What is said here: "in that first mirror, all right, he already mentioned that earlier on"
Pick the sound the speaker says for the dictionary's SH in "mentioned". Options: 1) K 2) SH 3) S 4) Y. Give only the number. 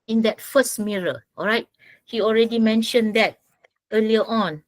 2